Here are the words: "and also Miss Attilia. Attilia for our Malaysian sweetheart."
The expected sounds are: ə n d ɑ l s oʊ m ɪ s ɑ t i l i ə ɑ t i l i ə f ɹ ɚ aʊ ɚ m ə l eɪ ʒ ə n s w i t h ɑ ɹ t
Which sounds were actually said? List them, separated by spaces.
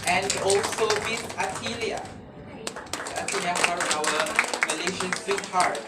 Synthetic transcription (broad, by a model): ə n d ɑ l s oʊ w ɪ θ ɑ t i l i ə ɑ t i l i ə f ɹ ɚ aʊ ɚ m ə l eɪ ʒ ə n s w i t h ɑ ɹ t